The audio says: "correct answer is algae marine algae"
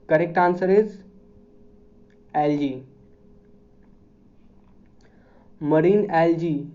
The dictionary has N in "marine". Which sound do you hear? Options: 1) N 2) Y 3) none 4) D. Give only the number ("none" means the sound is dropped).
1